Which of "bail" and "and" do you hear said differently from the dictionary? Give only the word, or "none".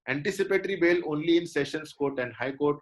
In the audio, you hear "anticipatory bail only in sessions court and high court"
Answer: none